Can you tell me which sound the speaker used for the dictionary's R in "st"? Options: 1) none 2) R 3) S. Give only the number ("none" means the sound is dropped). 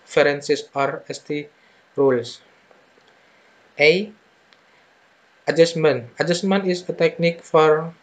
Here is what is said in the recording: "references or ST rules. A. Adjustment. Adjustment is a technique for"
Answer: 1